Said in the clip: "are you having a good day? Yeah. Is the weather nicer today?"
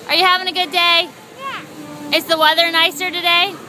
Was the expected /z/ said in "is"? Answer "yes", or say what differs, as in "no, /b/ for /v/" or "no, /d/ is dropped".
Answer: no, /s/ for /z/